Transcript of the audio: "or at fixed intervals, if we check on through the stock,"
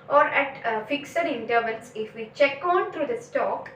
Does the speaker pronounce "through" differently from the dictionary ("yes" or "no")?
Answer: yes